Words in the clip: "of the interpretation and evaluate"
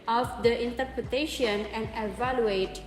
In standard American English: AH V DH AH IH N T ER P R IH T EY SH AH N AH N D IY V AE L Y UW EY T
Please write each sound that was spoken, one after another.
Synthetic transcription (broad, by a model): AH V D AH IH N T ER P R IH T EY SH AH N AH N D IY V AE L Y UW EY T